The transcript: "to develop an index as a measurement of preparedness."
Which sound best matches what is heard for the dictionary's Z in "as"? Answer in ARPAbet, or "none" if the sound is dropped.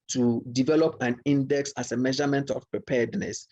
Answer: S